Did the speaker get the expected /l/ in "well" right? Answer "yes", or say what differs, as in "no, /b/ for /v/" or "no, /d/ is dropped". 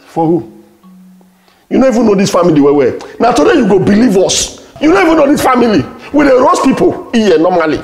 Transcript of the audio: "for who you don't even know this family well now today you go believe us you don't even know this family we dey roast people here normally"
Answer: no, /w/ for /l/